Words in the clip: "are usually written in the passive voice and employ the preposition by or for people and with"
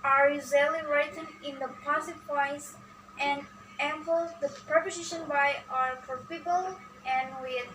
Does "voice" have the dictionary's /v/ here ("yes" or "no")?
no